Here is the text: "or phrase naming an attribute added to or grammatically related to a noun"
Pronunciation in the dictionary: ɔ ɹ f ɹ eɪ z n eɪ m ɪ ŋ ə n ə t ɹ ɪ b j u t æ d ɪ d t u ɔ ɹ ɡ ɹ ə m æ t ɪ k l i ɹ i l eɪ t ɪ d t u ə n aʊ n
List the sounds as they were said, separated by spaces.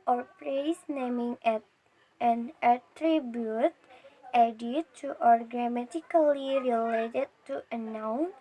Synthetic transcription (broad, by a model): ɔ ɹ p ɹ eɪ s n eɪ m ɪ ŋ ə n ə t ɹ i b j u t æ d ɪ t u ɔ ɹ ɡ ɹ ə m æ t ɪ k l i ɹ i l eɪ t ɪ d t u ə n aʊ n